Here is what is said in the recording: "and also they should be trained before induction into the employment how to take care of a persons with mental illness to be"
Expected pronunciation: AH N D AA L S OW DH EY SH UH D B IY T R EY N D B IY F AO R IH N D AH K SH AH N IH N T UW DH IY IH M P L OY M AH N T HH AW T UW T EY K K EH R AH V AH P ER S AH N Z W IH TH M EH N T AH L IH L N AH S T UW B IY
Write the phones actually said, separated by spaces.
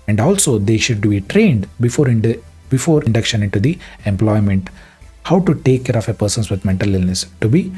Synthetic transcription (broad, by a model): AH N D AA L S OW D EY SH UH D B IY T R EY N D B IY F AO R IH N D AH K SH AH N IH N T UW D IY IH M P L OY M AH N T HH AW T UW T EY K K EH R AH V AH P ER S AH N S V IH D M EH N T AH L IH L N AH S T UW B IY